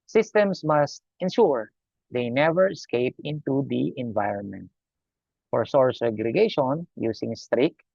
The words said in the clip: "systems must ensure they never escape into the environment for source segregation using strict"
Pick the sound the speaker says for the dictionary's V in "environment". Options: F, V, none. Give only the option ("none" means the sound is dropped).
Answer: V